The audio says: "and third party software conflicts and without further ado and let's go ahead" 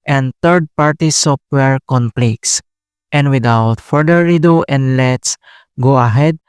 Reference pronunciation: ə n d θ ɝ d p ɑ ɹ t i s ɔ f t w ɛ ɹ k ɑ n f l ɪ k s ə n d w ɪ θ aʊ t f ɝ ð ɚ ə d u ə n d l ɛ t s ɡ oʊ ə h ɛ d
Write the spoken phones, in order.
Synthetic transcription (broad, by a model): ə n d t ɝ d p ɑ ɹ t i s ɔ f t w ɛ ɹ k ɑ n p l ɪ k s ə n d w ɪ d aʊ t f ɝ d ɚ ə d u ə n d l ɛ t s ɡ oʊ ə h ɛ d